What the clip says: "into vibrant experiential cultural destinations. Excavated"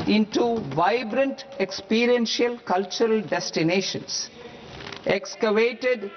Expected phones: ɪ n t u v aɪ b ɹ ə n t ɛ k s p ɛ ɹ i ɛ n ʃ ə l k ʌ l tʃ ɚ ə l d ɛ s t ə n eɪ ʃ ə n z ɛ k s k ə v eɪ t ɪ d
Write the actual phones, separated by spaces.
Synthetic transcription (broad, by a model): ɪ n t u v aɪ b ɹ ə n t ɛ k s p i ɹ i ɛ n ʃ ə l k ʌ l tʃ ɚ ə l d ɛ s t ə n eɪ ʃ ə n s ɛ k s k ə v eɪ t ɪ d